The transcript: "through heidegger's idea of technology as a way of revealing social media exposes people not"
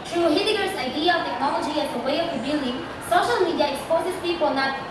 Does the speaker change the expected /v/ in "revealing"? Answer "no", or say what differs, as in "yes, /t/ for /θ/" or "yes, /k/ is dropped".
yes, /b/ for /v/